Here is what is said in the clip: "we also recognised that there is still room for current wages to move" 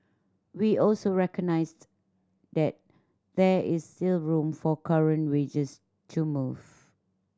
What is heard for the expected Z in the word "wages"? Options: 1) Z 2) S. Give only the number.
2